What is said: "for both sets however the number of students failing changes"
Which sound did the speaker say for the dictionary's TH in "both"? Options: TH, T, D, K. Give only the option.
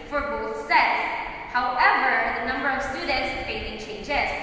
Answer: TH